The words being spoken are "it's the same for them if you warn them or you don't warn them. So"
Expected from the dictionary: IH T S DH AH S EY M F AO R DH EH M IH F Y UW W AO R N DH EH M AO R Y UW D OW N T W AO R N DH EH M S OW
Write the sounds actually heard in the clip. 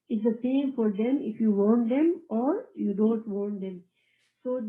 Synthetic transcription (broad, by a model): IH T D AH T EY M F AO R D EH M IH F Y UW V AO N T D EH M AO R Y UW D OW N T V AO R N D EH M S OW